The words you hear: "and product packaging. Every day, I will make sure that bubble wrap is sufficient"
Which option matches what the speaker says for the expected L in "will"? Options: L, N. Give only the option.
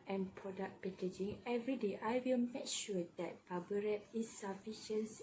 L